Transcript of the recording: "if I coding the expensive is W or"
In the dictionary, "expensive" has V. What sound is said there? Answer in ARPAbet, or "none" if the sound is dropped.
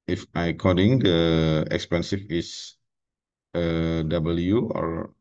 F